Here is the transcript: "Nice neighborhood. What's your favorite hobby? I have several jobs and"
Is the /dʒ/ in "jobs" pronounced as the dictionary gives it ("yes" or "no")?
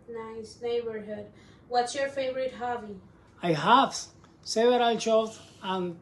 no